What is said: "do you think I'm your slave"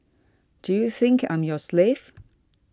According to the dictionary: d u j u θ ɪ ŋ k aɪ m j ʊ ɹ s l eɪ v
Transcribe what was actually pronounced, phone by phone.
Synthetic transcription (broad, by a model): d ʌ j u θ ɪ ŋ k aɪ m j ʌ s l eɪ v